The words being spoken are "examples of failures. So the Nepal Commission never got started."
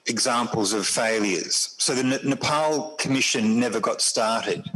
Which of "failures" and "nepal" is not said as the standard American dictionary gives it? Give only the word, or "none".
none